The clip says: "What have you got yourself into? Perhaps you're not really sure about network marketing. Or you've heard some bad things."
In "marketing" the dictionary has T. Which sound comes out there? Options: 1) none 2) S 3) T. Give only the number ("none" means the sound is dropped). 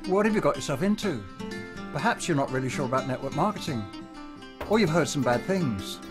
3